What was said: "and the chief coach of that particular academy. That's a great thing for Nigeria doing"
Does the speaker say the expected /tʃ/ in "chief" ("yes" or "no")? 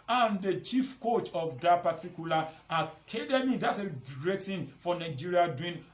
yes